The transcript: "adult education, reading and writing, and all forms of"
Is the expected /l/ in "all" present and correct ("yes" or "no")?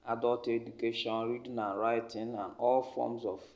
yes